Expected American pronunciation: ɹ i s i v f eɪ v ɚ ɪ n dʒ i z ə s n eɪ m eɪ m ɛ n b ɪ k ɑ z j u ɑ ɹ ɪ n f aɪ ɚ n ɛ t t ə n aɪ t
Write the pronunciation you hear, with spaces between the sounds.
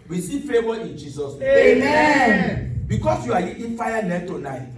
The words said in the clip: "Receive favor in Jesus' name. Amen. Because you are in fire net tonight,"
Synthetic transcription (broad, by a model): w i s i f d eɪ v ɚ ɪ n dʒ i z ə s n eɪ eɪ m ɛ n b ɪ k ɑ s j u ɑ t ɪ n f aɪ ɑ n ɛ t t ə n aɪ t